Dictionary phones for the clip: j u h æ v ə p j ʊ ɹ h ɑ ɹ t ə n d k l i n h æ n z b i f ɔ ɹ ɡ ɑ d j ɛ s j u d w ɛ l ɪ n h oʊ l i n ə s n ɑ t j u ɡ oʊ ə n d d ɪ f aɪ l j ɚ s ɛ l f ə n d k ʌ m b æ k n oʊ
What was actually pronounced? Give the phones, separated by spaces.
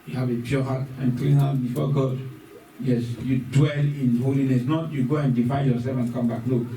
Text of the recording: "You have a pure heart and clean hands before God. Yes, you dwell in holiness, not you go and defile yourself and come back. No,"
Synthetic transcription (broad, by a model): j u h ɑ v ə p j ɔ h ɑ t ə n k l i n h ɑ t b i f ɔ ɡ ɑ d j ɛ s j u d w ɛ l ɪ n h oʊ l i n ə s n ɑ t j u ɡ oʊ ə n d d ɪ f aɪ n j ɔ s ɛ l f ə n k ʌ m b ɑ k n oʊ